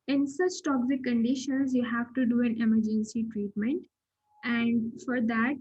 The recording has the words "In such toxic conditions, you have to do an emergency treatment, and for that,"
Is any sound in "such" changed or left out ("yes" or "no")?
yes